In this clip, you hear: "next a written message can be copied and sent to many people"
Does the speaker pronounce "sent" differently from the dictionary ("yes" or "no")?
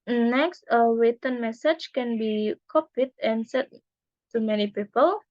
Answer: yes